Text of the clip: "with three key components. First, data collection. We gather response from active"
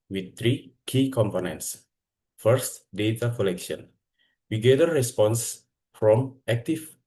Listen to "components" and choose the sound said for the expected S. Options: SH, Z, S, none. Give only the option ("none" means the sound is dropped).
S